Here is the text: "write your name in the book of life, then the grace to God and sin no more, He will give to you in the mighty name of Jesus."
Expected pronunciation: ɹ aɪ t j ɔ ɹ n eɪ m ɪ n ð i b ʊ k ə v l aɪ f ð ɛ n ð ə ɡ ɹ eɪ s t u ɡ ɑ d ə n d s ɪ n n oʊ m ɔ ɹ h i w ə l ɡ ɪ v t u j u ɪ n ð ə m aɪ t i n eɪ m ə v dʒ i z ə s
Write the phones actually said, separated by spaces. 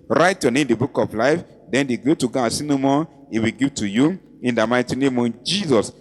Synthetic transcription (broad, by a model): ɹ aɪ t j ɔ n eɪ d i b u k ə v l aɪ f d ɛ n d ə ɡ eɪ t u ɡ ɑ ə s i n n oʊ m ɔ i w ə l ɡ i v t u j u ɪ n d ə m aɪ t i n eɪ m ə dʒ i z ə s